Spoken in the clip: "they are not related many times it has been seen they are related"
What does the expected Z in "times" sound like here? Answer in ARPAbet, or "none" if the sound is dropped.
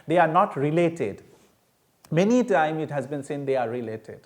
none